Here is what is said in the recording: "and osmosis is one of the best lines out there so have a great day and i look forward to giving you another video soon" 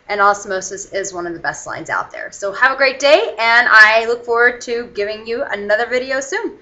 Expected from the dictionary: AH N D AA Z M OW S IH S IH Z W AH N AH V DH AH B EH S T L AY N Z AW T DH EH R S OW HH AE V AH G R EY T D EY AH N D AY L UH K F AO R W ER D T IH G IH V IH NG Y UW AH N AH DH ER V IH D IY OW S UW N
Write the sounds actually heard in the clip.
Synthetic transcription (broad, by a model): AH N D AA S M OW S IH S IH Z W AH N AH V DH AH B EH S T L AY N Z AW T DH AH R S OW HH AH V AH G R EY T D EY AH N AY L UH K F AO R W ER D T IH G IH V IH NG Y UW AH N AH DH ER V IH D IY OW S UW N